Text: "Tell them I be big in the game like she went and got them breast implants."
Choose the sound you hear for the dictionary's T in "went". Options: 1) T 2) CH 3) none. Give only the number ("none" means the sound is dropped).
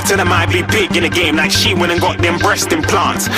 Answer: 3